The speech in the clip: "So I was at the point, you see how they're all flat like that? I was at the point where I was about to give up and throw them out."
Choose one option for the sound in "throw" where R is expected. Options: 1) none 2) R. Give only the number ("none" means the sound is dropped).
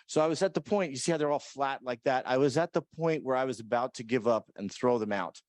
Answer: 2